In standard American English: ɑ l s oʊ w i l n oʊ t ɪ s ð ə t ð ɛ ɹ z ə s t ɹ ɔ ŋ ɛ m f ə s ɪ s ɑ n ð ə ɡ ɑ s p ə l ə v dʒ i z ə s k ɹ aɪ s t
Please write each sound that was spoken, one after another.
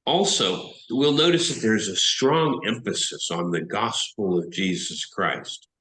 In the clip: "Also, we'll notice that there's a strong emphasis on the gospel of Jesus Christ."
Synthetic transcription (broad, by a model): ɑ l s oʊ w i l n oʊ t ɪ s ð ə t ð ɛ ɹ z ə s t ɹ ɔ ŋ ɛ m f ə s ɪ s n ð ə ɡ ɑ s p l ə v dʒ i z ə s k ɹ aɪ s t